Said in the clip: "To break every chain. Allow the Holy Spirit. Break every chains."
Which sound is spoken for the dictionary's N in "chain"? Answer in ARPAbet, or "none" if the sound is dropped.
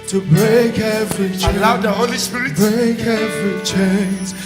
L